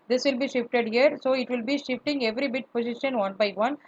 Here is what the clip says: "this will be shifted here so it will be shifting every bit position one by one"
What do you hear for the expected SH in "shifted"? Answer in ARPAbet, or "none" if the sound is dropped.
SH